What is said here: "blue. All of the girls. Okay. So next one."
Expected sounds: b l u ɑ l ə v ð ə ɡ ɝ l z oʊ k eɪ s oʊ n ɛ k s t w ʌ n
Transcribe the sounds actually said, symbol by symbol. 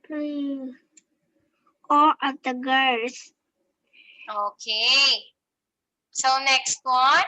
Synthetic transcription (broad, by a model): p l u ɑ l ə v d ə ɡ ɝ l s oʊ k eɪ s oʊ n ɛ k s t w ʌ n